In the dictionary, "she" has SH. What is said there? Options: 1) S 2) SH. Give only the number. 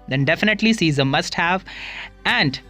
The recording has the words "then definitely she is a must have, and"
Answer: 1